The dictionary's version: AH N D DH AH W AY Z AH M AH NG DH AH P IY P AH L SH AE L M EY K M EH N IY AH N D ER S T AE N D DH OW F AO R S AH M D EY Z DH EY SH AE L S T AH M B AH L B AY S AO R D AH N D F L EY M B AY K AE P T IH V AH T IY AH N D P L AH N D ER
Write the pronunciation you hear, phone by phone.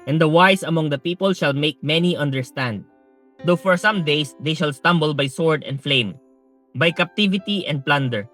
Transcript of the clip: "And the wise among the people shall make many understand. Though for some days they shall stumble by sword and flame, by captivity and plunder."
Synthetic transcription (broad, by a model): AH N D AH W AY S AH M AH NG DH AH P IY P AH L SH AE L M EY K M EH N IY AH N D ER S T AE N D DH OW F AO R S AH M D EY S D EY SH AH L S T AH M B AH L B AY S AO R D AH N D F L EY M B AY K AE P T IH V AH T IY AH N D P L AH N D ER